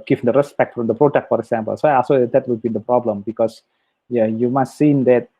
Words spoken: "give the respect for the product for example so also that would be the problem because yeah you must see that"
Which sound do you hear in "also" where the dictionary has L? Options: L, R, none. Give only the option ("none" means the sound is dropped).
none